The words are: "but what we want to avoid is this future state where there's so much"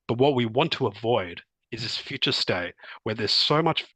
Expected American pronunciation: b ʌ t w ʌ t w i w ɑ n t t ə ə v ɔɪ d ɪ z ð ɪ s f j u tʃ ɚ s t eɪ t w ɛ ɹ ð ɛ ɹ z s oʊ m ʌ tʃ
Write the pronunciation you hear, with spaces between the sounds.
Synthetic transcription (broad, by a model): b ʌ t w ʌ t w i w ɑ n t t ə ə v ɔɪ d ɪ z ð ɪ s f j u tʃ ɚ s t eɪ t w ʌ ɹ ð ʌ ɹ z s oʊ m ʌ tʃ